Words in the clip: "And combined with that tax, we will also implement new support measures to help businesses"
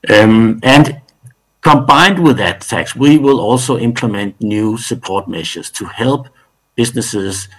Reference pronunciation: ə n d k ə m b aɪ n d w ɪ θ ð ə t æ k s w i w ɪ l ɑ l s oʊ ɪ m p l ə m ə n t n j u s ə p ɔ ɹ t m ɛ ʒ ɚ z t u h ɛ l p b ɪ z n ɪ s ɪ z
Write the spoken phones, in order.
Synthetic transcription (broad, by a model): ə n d k ə m b aɪ n d w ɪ ð ə t æ k s w i w ɪ l ɑ l s oʊ ɪ m p l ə m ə n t n j u s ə p ɔ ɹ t m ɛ ʃ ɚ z t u h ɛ l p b ɪ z n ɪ s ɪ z